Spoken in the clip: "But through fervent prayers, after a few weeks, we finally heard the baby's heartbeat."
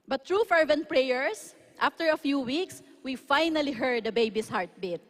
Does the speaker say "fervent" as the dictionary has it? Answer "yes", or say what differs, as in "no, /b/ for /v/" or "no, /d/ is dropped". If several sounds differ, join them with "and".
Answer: yes